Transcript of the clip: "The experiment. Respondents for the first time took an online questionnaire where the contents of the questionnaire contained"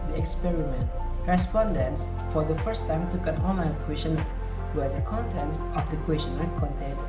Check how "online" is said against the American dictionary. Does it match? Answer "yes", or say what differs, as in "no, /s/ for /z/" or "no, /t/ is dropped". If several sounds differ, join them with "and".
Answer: no, /l/ is dropped